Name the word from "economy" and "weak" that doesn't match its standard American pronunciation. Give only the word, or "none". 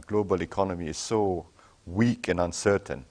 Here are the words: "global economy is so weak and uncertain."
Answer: none